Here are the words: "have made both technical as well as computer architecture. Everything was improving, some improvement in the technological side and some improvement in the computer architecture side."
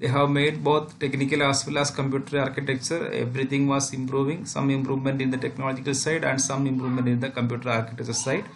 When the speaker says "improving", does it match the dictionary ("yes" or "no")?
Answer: yes